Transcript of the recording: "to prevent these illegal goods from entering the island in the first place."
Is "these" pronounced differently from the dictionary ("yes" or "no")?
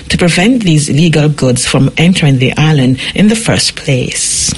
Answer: no